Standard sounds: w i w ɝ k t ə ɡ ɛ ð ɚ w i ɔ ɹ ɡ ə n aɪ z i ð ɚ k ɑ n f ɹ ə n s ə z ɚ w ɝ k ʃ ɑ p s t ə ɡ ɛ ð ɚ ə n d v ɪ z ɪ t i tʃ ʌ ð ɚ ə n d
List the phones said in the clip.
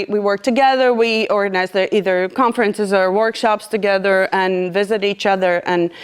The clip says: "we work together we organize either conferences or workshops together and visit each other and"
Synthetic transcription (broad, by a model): w i w ɝ k t ə ɡ ɛ ð ɚ w i ɔ ɹ ɡ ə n aɪ z i ð ɚ k ɑ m f ɹ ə n s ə z ɚ w ɝ k ʃ ɑ p s t ə ɡ ɛ ð ɚ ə n v ɪ z ɪ t i tʃ ʌ ð ɚ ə n